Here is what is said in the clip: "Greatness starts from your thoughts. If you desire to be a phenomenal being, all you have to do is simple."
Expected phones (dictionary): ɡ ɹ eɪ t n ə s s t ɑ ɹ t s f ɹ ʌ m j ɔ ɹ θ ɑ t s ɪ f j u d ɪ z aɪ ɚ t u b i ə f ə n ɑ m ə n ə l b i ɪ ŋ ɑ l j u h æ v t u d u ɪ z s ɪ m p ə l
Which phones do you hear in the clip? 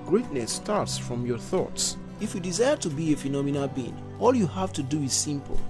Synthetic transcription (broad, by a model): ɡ ɹ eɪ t n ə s s t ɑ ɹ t s f ɹ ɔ m j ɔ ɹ θ ɑ t s ɪ f j u d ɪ z aɪ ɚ t u b i ə f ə n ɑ m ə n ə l b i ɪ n ɑ l j u h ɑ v t u d u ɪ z s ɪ m p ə l